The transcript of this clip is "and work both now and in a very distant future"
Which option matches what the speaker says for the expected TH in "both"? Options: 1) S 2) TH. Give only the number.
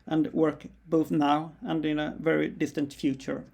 2